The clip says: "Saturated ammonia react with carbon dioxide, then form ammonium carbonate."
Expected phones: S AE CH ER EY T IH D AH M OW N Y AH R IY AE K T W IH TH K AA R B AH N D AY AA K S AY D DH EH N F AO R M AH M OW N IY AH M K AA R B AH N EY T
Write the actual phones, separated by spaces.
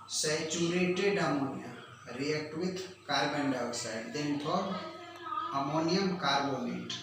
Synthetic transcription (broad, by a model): S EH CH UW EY T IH D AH M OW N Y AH R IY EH K T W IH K K AA R B AH N D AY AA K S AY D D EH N P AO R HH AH M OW N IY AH M K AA R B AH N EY T